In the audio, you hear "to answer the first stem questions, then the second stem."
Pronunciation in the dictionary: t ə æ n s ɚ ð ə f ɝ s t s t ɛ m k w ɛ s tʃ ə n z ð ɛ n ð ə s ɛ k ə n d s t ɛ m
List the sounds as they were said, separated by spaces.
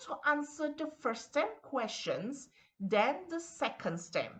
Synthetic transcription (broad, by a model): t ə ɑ n s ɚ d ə f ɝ t s t ɛ m k w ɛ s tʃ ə n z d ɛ n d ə s ɛ k ə n d s t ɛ m